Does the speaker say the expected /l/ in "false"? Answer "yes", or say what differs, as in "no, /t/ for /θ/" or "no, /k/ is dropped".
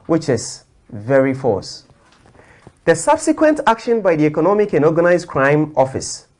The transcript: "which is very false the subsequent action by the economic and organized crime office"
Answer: no, /l/ is dropped